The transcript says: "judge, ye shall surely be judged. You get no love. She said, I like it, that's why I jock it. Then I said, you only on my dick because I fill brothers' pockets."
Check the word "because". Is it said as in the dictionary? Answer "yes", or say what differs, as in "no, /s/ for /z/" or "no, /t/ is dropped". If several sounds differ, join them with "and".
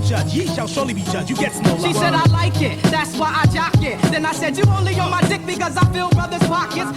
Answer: yes